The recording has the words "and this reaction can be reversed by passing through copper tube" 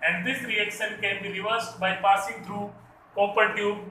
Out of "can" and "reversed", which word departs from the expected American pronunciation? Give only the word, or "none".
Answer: reversed